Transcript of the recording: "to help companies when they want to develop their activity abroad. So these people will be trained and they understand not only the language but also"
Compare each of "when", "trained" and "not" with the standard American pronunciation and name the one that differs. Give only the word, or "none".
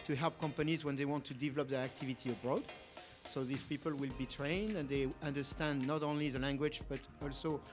none